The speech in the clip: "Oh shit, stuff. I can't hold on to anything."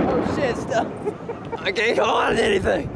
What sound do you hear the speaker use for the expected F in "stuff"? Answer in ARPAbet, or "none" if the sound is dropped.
none